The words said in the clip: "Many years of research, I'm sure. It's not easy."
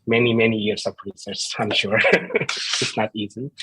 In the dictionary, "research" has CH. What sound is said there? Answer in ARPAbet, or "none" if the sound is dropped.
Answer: S